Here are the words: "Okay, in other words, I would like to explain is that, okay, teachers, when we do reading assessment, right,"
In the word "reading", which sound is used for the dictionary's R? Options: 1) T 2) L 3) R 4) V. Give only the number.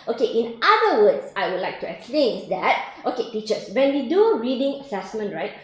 2